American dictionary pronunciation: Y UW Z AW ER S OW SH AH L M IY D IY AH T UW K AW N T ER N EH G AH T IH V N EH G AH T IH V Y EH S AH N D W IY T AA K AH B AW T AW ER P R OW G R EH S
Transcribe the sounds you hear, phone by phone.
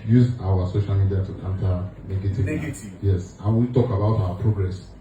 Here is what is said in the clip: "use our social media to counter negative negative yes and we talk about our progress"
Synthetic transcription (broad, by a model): Y UW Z AW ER S OW SH AH L M IY D IY AH T UW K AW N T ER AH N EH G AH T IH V Y EH S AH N W IY T AA K AH B AW T AW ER P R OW G R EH S